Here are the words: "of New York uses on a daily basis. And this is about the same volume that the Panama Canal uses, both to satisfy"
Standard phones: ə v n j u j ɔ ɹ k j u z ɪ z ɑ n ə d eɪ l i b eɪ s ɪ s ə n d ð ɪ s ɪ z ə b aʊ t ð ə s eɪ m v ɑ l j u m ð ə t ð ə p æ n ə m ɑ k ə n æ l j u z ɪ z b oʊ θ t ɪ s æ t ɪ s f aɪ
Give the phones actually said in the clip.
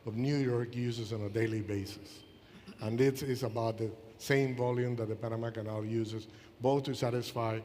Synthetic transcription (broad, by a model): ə v n j u j ɔ ɹ k j u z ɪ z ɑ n ə d eɪ l i b eɪ s ɪ s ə n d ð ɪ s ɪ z ə b aʊ t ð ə s eɪ m v ɑ l j u m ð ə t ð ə p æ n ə m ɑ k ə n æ l j u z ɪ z b oʊ θ t ɪ s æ t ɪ s f aɪ